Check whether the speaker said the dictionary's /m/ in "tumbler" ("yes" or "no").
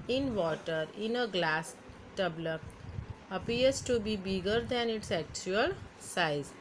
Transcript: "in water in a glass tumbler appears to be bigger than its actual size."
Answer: no